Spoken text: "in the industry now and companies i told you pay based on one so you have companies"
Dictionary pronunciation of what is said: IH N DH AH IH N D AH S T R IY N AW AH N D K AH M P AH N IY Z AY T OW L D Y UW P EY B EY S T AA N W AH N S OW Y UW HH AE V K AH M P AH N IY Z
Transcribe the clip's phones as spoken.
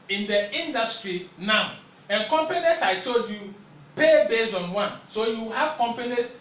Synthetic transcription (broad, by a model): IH N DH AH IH N D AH S T R IY N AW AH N K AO M P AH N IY S AY T OW L D Y UW P EY B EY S AA N W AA N S OW Y UW HH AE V K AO M P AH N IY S